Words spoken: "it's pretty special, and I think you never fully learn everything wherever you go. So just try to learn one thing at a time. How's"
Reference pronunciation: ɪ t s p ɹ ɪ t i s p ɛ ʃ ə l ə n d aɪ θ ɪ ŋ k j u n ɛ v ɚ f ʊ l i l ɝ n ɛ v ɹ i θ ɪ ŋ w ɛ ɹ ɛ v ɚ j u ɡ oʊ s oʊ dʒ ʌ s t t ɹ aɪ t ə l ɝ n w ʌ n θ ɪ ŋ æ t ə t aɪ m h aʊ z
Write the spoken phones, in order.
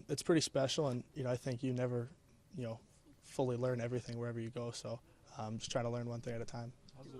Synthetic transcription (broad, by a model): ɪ t s p ɹ ɪ t i s p ɛ ʃ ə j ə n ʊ aɪ θ ɪ ŋ k j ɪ n ɛ v ɚ f ʊ l i l ɝ n ɛ v ɹ i θ ɪ ŋ w ɛ ɹ ɛ v ɚ j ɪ ɡ oʊ s oʊ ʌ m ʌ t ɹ aɪ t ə l ɝ n w ʌ n θ ɪ ŋ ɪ t ə t aɪ m